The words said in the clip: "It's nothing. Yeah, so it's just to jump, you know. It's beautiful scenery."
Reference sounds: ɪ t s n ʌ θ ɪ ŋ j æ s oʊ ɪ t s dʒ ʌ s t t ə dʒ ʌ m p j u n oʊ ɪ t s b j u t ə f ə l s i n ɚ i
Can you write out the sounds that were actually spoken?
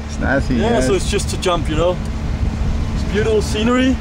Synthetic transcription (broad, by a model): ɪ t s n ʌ s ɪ j æ s oʊ ɪ t s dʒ ʌ s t t ə dʒ ʌ m p j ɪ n oʊ ɪ t s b j u t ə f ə l s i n ɚ i